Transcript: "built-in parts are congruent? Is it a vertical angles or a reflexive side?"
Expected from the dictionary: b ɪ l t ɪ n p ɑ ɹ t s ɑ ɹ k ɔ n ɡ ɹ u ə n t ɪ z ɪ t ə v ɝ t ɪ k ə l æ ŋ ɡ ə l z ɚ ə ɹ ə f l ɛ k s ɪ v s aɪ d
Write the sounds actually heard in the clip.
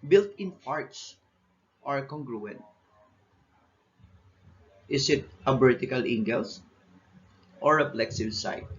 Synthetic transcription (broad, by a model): b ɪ l t ɪ n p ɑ ɹ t s ɑ ɹ k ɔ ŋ ɡ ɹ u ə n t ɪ s ɪ t ə b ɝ t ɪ k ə l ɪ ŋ ɡ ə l s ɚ ə ɹ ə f l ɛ k s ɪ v s aɪ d